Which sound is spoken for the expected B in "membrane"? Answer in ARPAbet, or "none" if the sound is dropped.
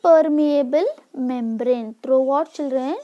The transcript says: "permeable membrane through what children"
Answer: B